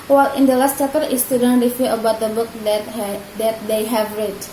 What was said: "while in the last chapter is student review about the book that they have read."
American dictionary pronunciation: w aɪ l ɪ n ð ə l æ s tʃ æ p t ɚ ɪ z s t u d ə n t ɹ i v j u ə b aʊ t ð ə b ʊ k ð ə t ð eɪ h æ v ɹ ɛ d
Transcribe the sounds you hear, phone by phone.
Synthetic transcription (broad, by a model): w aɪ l ɪ n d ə l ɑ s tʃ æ t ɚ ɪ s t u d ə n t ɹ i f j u ə b aʊ t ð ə b ʊ k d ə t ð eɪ h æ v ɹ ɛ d